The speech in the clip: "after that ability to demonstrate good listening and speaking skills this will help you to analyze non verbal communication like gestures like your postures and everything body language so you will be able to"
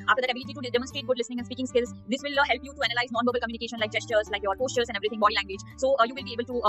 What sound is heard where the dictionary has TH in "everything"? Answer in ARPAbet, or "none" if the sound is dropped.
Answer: T